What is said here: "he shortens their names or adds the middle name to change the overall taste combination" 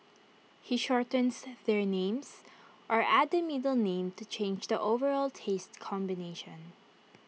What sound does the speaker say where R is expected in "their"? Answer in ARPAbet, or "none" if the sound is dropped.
R